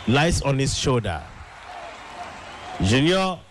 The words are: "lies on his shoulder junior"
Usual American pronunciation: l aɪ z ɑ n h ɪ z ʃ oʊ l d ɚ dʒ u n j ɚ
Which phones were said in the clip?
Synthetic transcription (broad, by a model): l aɪ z ɑ n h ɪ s ʃ oʊ d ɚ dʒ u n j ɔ